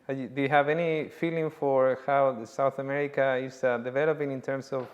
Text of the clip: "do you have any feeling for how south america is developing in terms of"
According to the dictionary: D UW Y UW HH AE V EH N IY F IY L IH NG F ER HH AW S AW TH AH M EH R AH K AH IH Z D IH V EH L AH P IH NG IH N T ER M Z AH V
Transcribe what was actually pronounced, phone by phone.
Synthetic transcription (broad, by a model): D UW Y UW HH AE V EH N IY F IY L IH NG F ER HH AW S AW TH AH M EH R AH K AH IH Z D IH V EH L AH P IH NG IH N T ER M S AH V